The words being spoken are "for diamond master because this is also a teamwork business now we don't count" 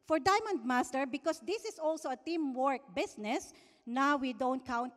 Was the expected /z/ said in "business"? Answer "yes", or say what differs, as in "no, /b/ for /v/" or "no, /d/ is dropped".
no, /s/ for /z/